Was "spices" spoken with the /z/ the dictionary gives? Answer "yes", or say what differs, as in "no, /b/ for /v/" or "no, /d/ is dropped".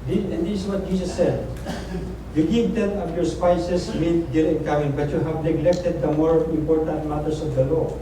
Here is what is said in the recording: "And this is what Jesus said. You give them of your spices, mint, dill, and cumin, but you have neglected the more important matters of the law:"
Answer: no, /s/ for /z/